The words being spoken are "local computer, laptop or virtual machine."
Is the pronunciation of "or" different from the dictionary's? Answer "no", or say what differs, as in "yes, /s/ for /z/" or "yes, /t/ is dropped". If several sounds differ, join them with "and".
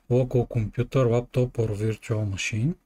no